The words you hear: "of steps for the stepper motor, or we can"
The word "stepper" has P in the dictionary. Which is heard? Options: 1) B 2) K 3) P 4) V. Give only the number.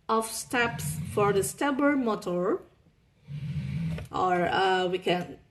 1